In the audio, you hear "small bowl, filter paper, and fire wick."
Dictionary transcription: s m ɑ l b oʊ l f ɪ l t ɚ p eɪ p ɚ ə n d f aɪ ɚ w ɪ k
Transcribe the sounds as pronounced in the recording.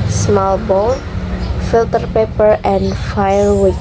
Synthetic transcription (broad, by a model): s m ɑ l b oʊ n f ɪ l t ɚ p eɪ p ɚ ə n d f aɪ ɚ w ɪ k